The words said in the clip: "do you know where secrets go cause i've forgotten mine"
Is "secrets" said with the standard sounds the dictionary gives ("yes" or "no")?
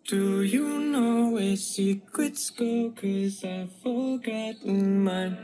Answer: no